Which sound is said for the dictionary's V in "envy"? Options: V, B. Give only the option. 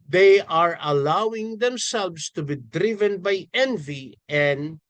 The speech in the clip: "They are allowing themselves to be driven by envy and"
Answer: V